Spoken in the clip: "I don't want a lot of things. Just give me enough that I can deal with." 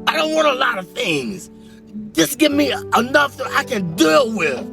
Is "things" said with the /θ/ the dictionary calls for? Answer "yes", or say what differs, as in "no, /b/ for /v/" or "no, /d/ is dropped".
yes